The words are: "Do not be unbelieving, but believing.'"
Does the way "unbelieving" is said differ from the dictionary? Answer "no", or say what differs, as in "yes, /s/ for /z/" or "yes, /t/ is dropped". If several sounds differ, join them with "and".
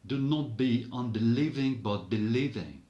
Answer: no